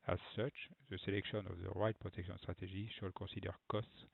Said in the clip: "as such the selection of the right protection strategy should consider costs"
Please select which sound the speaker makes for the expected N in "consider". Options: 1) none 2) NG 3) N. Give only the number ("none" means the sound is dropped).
1